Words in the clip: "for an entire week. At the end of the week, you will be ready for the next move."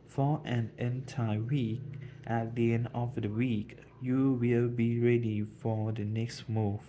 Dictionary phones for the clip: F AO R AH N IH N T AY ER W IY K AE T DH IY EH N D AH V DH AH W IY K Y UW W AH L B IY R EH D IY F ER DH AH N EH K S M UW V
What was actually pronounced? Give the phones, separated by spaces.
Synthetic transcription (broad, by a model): F AO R AH N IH N T AY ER W IY K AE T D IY EH N D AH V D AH W IY K Y UW W AH L B IY R EH D IY F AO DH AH N EH K S M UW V